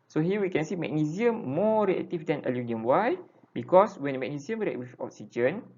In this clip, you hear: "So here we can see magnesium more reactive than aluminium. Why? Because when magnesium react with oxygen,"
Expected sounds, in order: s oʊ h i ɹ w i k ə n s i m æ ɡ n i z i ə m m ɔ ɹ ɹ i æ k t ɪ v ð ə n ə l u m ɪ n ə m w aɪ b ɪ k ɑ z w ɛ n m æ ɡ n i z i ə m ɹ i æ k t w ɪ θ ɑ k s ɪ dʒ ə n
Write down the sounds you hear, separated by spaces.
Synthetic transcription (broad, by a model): s oʊ h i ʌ w i k ə n s i m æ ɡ n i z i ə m m ɔ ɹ ɹ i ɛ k t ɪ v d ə n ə l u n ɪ ə m w aɪ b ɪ k ɑ s w ɛ n m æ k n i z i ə m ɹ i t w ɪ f ɑ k s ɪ dʒ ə n